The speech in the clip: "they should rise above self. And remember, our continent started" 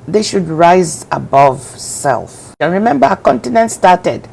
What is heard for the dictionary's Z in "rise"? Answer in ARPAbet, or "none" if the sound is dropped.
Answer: Z